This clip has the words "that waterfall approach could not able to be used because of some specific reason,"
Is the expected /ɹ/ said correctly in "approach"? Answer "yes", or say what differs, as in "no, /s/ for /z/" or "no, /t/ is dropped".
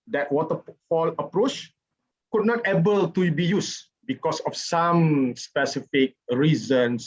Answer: yes